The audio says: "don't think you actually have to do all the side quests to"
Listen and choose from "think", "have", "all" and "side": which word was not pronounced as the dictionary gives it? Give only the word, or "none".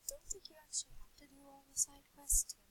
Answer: have